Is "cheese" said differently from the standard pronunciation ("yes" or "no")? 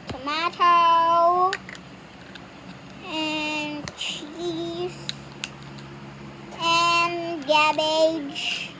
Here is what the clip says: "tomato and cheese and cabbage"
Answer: yes